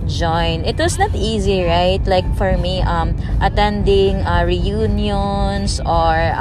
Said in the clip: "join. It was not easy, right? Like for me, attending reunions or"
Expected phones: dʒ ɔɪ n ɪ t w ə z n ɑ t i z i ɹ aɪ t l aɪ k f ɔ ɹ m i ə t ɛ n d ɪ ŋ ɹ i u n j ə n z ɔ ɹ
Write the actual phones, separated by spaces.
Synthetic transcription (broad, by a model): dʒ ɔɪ n ɪ t w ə s n ɑ t i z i ɹ aɪ t l aɪ k f ɔ ɹ m i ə t ɛ n d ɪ ŋ ɹ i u n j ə n s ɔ ɹ